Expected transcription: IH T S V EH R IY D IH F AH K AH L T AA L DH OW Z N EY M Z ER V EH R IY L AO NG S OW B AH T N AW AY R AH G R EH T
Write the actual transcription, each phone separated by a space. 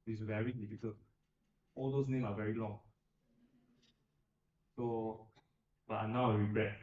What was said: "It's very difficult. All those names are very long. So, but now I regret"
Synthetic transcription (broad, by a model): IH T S V EH R IY D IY F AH K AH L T AA L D OW S N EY M AA V EH R IY L AO NG S OW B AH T N AW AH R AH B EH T